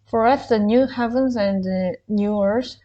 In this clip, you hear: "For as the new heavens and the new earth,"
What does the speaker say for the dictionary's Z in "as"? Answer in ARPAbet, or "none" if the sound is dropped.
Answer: S